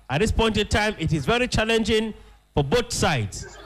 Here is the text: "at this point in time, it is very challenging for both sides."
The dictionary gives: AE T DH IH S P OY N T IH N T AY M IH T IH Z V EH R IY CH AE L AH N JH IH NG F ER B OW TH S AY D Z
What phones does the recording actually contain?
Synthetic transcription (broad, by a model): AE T DH IH S P OY N T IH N T AY M IH T IH Z V EH R IY CH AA L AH N JH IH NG F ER B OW T S AY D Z